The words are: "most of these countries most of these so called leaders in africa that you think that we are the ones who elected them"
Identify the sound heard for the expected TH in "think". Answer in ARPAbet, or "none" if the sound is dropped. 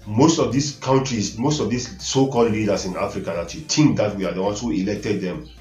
T